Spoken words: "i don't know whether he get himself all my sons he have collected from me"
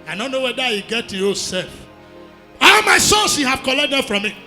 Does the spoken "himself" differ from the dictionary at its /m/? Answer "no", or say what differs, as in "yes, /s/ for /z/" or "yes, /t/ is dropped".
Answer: yes, /m/ is dropped